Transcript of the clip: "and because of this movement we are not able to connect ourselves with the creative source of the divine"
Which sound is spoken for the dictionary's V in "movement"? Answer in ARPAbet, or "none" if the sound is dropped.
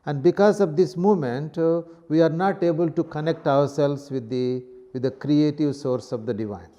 none